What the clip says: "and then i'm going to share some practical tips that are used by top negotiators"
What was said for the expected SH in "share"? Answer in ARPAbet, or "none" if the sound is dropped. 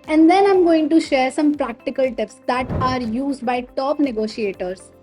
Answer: SH